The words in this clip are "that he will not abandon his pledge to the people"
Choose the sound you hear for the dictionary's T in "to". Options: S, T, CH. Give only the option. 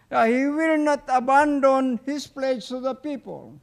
S